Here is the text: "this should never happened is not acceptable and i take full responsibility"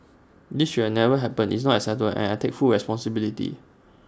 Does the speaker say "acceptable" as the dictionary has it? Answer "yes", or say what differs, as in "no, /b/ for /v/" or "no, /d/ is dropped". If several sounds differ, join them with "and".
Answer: no, /k/ is dropped and /p/ is dropped and /b/ is dropped